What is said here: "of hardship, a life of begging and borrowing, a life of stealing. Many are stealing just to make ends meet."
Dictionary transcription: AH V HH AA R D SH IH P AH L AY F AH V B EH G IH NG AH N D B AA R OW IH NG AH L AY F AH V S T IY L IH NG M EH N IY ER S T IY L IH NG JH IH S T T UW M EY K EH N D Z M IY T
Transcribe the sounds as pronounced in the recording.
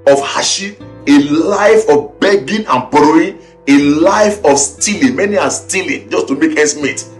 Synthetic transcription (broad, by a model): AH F HH AA SH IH AH L AY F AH F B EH G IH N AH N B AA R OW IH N AH L AY F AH F S T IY L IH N M EH N IY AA S T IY L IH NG JH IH S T T UW M EY K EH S M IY T